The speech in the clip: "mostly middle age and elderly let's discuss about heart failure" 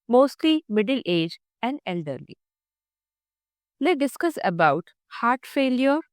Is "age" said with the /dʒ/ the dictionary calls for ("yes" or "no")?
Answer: yes